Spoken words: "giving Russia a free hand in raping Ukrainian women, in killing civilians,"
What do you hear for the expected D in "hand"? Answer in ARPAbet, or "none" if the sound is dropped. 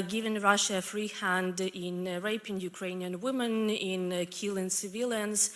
D